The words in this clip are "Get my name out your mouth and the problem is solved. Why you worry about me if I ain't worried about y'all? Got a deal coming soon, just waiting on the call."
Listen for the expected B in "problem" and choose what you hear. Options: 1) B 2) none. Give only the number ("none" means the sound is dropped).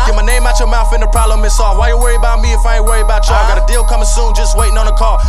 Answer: 2